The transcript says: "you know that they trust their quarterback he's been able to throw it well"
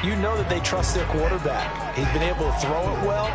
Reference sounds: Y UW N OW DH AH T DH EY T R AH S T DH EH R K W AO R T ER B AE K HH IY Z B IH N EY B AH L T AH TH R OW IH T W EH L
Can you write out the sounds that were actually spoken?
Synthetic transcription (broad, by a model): Y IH N OW DH AH T DH EY T R AH S T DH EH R K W AO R T ER B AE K HH IY Z B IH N EY B L T AH TH R OW IH T W EH L